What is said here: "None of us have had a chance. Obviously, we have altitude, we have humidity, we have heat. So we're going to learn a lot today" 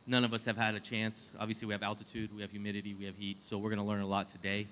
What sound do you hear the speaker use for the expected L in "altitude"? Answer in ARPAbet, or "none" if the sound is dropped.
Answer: L